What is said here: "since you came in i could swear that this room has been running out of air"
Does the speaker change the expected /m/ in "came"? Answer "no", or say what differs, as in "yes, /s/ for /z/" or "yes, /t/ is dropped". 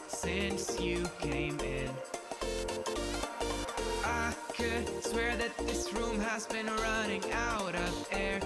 no